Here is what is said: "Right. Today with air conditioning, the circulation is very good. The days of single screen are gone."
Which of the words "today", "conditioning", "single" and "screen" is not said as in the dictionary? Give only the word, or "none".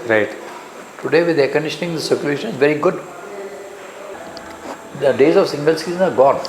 screen